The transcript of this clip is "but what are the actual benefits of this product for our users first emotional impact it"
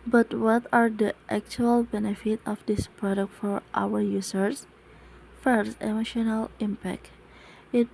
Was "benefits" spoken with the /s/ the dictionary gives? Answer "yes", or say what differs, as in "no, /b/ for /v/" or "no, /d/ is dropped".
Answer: no, /s/ is dropped